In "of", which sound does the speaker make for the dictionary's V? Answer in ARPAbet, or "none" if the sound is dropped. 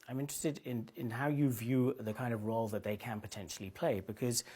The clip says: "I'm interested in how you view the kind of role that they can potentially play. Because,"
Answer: V